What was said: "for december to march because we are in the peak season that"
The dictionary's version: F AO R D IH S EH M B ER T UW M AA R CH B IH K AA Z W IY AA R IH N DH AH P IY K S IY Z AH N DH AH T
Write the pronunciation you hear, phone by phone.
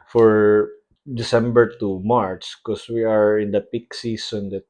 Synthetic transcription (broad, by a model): F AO R D IH S EH M B ER T UW M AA R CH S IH K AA S W IY AA R IH N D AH P IY K S IY S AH N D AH T